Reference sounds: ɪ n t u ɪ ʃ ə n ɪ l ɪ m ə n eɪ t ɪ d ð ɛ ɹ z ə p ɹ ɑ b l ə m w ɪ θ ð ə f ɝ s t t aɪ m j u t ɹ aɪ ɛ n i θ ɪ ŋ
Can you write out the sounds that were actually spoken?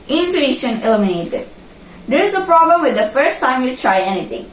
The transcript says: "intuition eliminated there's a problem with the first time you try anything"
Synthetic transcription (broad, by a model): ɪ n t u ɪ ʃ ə n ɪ l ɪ m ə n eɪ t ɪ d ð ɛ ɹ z ə p ɹ ɑ b l ə m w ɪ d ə f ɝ s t t aɪ m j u t ɹ aɪ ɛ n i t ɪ ŋ